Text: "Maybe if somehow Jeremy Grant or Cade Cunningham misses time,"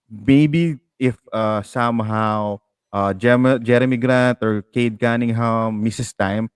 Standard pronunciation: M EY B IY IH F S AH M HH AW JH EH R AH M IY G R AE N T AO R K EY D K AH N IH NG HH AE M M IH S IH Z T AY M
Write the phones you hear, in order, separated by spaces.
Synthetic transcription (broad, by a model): M EY B IY IH F S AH M HH AW JH EH R AH M IY G R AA N T AO R K EY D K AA N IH NG HH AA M M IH S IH S T AY M